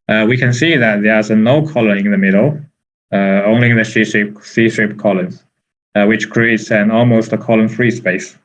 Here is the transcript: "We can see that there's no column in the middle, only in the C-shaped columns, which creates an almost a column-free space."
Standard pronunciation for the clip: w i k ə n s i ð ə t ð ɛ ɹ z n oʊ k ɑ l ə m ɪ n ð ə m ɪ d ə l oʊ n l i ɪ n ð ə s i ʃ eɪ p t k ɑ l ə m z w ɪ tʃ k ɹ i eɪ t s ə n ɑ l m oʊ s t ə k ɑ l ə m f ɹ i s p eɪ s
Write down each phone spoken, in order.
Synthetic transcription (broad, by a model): w i k ə n s i ð ə t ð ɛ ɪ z n oʊ k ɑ l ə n ɪ n ð ə m ɪ d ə oʊ n l i ɪ n ð ə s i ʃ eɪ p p k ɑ l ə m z w ɪ tʃ k ɹ i eɪ t s ə n ɑ l m oʊ s t ə k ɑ l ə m f ɹ i s p eɪ s